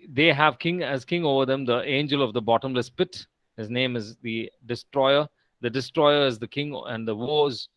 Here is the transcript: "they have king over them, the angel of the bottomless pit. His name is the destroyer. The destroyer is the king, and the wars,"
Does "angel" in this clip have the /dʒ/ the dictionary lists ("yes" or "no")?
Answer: yes